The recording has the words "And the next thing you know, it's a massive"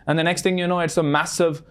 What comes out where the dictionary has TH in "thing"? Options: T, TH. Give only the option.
TH